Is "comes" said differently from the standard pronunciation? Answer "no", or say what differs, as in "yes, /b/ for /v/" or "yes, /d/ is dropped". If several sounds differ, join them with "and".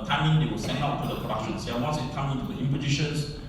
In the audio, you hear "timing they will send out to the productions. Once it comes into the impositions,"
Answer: yes, /z/ is dropped